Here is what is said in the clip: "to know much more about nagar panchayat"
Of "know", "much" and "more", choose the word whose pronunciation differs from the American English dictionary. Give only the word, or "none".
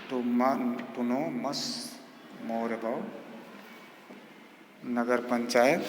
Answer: much